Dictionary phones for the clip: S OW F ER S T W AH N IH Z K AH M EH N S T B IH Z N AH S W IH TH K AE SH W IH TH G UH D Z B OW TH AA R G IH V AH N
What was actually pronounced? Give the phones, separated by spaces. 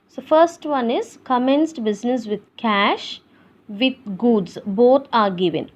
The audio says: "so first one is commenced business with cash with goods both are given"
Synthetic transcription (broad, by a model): S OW F ER S T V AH N IH Z K AH M EH N S T B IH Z N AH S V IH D K AE SH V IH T G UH D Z B OW T AA R G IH V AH N